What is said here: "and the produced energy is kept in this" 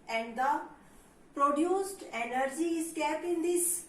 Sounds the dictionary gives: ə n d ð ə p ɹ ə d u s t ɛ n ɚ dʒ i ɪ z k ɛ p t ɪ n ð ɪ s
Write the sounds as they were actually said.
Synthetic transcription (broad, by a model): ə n d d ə p ɹ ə d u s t ɛ n ɚ dʒ i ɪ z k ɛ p ɪ n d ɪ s